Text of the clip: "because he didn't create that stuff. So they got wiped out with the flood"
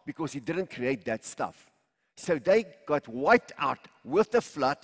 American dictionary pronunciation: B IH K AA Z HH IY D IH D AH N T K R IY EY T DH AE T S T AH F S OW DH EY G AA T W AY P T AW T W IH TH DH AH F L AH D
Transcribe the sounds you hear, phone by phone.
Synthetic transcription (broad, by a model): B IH K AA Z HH IY D IH D AH N T K R IY EY T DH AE T S T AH F S OW DH EY G AA T W AY T AW T W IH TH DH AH F L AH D